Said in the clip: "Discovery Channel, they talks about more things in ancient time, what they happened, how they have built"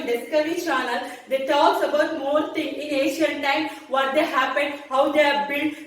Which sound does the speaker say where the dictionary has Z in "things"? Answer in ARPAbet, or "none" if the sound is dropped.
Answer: none